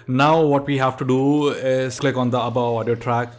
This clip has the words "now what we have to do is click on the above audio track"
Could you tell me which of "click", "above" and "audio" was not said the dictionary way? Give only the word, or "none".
above